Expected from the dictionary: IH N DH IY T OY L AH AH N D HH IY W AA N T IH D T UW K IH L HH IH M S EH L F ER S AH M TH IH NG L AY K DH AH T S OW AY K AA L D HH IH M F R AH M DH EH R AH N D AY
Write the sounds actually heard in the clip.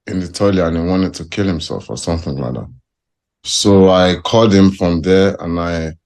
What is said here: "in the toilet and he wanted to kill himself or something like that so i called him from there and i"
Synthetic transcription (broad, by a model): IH N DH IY T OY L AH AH N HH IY W AA N T IH D T UW K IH L HH IH M S EH L F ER S AH M TH IH NG L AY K DH AH T S OW AY K AA L D HH IH M F R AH M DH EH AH N AY